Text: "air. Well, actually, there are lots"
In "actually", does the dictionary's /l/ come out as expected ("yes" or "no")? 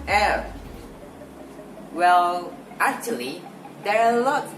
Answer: yes